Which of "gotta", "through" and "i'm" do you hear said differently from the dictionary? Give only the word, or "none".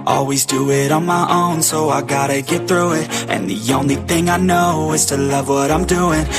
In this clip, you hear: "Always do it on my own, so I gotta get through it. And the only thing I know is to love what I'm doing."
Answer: none